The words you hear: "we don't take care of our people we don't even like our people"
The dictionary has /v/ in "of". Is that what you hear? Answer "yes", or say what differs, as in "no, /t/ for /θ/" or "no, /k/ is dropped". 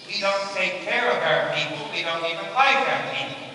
no, /b/ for /v/